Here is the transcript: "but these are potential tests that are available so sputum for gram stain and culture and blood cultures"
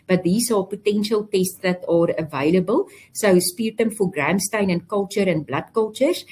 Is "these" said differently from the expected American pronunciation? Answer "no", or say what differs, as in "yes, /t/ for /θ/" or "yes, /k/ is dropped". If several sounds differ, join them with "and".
yes, /s/ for /z/